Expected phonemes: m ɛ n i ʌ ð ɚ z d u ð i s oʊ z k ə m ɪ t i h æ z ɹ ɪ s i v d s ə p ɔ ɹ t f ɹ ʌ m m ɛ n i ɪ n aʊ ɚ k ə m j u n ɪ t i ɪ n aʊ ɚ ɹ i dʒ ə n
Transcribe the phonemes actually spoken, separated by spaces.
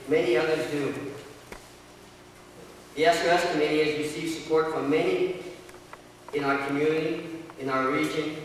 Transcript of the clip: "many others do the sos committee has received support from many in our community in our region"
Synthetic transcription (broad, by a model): m ɛ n i ʌ ð ɚ z d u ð i s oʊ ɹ k ə m ɪ t i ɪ z ɹ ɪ s i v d s ə p ɔ ɹ t f ɹ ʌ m m ɛ n i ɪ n aʊ ɚ k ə m j u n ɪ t i ɪ n aʊ ɚ ɹ i dʒ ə n